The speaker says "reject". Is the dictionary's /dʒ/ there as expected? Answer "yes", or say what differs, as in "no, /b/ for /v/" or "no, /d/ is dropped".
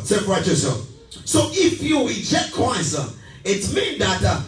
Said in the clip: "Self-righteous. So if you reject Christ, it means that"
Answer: no, /tʃ/ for /dʒ/